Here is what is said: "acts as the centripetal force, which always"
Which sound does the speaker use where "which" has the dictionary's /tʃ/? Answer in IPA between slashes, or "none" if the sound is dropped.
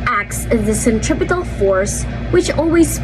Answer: /tʃ/